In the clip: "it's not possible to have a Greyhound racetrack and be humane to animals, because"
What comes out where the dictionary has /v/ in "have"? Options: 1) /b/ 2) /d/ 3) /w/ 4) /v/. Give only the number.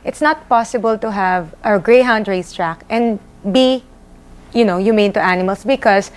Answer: 4